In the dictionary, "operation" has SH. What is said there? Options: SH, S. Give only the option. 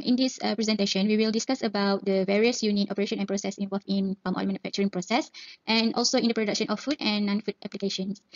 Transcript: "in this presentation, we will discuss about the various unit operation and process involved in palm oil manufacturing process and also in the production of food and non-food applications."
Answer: SH